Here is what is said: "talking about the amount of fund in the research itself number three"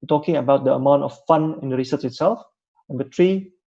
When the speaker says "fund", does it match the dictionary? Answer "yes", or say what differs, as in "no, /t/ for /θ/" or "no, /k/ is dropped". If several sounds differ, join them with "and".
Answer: no, /d/ is dropped